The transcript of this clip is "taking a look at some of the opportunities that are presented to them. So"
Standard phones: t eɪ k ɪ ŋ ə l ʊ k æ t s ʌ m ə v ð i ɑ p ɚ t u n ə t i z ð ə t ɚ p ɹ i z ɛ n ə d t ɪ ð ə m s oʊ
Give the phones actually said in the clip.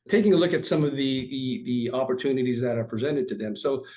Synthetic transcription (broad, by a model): t eɪ k ɪ ŋ ə l ʊ k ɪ t s ʌ m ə v ð i ɑ p ɚ t u n ə t i z ð ə t ɚ p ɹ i z ɛ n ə d t ɪ ð ə m s oʊ